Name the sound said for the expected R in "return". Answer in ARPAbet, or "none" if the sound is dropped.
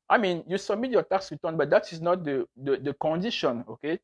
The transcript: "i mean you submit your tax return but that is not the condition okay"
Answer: W